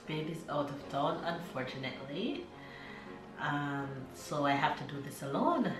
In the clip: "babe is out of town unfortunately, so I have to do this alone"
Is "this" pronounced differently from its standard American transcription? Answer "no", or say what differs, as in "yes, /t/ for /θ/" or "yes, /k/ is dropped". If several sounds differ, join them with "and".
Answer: no